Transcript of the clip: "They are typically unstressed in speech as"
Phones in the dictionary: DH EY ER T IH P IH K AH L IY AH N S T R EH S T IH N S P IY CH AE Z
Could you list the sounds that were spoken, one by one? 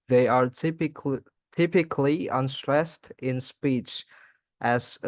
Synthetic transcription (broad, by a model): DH EY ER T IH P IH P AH L IY AH N S T R EH S T IH N S P IY CH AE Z